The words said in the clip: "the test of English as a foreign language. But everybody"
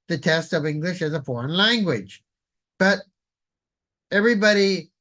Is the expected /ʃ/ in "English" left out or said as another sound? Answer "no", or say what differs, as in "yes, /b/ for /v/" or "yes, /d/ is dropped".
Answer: no